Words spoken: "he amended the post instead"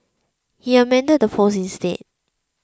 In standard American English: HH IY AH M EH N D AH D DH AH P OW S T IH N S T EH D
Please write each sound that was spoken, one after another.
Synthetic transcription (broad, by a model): HH IY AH M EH N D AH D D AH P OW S IH N S T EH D